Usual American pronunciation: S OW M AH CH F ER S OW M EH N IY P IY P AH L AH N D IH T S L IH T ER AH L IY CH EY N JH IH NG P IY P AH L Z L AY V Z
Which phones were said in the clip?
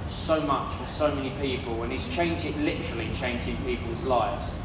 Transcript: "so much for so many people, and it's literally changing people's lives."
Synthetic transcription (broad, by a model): S OW M AH CH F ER S OW M EH N IY P IY P AH L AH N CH IH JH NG L IH T ER AH L IY CH EY N JH IH NG P IY P AH L Z L AY V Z